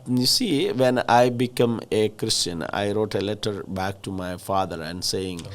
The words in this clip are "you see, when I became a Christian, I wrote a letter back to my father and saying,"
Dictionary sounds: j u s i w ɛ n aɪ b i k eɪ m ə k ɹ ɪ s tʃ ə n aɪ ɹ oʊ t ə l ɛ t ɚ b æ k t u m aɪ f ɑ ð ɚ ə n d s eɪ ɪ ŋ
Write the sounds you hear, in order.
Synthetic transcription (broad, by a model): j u s i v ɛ n aɪ b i k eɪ m ə k ɹ ɪ s tʃ ə n aɪ ɹ oʊ t ə l ɛ t ɚ b æ k t u m aɪ f ɑ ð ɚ ə n d s eɪ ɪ ŋ